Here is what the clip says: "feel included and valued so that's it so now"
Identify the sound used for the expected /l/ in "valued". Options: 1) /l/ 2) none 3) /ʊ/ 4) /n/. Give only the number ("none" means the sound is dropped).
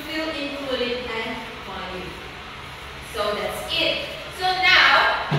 2